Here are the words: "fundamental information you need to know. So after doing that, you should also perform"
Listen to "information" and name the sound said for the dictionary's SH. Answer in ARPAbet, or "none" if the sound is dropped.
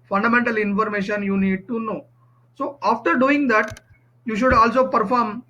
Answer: SH